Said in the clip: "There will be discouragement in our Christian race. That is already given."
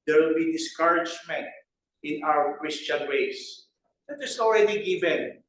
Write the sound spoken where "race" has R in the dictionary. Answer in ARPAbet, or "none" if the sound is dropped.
W